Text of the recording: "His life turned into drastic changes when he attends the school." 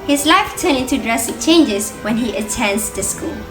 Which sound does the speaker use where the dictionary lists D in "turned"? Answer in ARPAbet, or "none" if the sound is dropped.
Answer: none